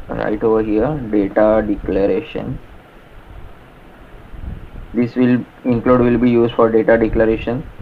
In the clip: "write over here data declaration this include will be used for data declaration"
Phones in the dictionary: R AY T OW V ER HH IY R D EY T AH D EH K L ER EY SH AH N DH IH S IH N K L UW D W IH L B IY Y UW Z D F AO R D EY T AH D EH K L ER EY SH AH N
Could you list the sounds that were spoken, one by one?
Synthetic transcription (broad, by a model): R AY T OW V ER HH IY R D EY T AH D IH K L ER EY SH AH N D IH S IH L K L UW D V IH L B IY Y UW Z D F AO R D EY T AH D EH K L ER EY SH AH N